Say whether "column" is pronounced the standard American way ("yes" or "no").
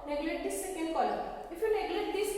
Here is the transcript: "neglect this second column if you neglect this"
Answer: no